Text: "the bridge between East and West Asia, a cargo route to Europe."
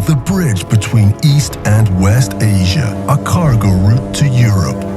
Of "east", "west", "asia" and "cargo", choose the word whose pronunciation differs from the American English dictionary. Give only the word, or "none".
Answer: none